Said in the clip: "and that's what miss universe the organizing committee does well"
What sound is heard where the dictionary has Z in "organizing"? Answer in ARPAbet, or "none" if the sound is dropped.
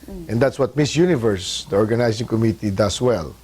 S